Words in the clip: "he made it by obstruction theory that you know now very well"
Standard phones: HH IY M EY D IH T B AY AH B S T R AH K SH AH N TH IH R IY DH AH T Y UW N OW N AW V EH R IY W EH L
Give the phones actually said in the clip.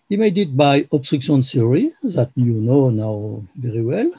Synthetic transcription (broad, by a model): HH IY M EY D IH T B AY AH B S T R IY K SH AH N S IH R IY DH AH T Y UW N OW N AW V EH R IY W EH L